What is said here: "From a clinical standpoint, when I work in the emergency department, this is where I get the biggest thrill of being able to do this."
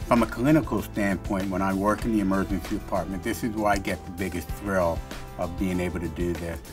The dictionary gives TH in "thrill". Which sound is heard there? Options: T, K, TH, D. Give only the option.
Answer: TH